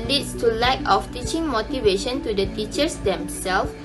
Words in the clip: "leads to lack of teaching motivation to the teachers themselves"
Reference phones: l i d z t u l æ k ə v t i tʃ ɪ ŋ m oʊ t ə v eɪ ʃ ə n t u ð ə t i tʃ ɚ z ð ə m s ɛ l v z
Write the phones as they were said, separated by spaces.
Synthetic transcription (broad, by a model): l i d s t u l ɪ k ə f t i tʃ ɪ ŋ m oʊ t ə v eɪ ʃ ə n t u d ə t i tʃ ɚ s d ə m s ɛ l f